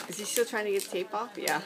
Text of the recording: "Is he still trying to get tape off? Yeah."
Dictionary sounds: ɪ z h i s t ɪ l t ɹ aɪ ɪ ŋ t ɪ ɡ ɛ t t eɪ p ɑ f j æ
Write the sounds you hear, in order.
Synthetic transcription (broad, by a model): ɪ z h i s t ɪ l t ɹ aɪ ɪ ŋ t ɪ ɡ ɛ t t eɪ p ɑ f j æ